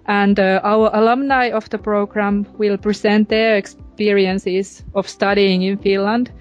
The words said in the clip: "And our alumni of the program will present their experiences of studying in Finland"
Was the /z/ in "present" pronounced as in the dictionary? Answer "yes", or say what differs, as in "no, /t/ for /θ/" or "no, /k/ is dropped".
no, /s/ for /z/